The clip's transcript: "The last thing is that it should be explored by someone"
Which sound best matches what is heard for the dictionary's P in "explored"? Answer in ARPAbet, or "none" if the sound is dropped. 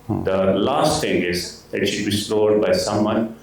none